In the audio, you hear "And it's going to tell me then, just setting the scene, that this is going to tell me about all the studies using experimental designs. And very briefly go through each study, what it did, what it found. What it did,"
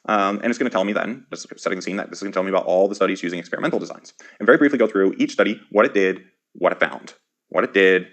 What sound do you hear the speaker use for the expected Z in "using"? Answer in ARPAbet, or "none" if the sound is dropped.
Z